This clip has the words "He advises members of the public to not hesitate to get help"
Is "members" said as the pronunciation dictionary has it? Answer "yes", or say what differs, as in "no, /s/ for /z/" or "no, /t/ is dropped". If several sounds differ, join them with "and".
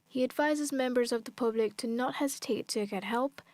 yes